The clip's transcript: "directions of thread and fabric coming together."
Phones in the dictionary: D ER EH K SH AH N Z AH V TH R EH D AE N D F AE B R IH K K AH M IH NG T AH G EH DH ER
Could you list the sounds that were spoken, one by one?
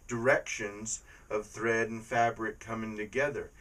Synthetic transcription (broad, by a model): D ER EH K SH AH N Z AH V TH R EH D N F AE B R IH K K AH M IH NG T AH G EH DH ER